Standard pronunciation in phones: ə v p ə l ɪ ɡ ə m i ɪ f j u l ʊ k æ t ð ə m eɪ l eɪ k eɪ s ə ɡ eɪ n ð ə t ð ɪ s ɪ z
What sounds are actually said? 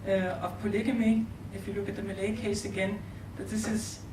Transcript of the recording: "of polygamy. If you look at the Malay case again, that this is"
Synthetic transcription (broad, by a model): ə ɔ p ə l ɪ ɡ ə m i ɪ f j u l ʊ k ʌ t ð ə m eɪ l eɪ k eɪ s ə ɡ eɪ n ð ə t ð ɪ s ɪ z